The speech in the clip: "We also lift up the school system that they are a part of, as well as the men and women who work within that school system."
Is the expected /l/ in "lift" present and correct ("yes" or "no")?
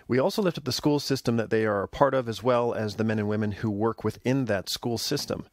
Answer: yes